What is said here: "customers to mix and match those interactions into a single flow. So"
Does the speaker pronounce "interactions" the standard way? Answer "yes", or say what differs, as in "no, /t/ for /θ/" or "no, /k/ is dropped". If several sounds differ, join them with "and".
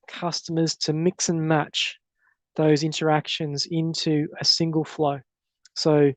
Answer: yes